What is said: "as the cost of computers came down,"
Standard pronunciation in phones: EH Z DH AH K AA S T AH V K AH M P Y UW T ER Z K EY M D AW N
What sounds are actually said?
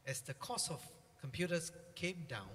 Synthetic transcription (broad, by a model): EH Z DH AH K AA S AH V K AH M P Y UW T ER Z K EY M D AW N